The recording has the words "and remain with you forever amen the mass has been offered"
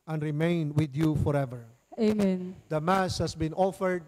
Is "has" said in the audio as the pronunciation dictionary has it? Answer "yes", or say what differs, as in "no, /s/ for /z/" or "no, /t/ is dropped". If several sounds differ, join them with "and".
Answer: no, /s/ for /z/